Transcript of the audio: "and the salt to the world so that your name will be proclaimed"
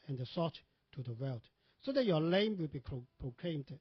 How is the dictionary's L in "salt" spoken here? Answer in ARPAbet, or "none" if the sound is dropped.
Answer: none